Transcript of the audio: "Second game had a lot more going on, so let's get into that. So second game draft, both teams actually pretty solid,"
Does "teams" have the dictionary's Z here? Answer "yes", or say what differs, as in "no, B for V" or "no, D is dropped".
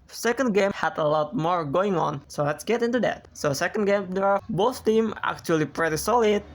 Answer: no, Z is dropped